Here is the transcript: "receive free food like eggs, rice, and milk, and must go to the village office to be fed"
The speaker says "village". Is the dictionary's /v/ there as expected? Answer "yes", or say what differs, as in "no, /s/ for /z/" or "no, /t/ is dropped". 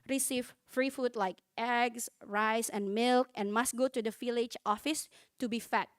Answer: no, /f/ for /v/